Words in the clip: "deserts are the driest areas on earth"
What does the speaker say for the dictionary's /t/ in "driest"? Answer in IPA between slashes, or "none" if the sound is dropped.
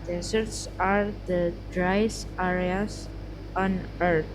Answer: none